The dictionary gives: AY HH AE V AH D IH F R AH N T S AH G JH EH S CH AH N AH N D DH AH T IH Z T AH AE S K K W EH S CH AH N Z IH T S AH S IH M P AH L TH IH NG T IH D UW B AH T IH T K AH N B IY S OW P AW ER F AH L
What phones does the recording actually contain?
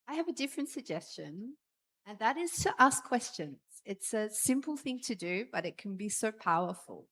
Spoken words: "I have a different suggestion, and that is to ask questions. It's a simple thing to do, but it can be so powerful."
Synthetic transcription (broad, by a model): AY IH V AH D IH F R AH N T S AH G JH EH S CH AH N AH N DH AH T IH Z T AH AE S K K W EH S CH AH N Z IH T S AH S IH M P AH L TH IH NG T IH D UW B AH T IH T K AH N B IY S OW P AW ER F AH L